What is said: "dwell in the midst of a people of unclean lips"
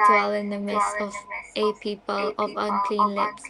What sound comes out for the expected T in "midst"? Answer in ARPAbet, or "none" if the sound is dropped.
none